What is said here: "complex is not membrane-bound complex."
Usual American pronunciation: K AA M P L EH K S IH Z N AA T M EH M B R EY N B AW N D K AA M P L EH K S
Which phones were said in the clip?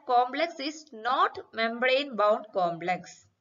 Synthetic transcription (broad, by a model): K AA M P L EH K S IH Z N AA T M EH M B R EY N B AW N D K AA M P L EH K S